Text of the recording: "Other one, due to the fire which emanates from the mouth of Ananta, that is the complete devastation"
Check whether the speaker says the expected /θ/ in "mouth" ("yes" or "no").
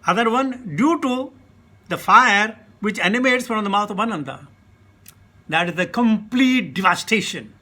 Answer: no